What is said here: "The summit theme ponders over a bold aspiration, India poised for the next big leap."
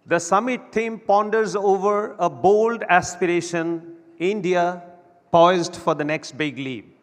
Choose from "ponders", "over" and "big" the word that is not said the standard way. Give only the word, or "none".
none